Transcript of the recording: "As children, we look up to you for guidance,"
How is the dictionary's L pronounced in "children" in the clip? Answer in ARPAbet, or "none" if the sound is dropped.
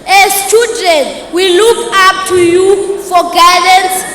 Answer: none